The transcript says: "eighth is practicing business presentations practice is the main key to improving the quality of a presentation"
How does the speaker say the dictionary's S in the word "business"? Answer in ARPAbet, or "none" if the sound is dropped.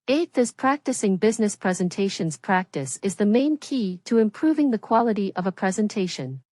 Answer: S